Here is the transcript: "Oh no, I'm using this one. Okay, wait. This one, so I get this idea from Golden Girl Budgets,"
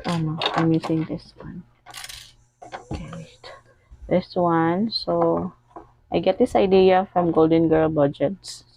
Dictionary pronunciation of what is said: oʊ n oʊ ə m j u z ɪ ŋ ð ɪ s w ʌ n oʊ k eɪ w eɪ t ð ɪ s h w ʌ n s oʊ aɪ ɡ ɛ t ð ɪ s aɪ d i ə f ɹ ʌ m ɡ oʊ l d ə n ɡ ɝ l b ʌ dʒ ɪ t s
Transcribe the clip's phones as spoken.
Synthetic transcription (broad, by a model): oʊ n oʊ ə m j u s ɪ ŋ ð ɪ s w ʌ n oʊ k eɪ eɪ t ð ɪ s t w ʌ n s oʊ aɪ ɡ ɛ t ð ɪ s aɪ d i ə f ɹ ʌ m ɡ oʊ l d ə n ɡ ɝ l b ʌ dʒ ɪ t s